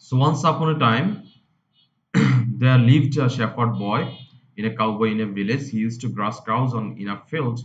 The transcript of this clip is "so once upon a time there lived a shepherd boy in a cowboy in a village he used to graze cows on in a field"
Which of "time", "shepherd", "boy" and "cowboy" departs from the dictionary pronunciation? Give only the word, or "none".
shepherd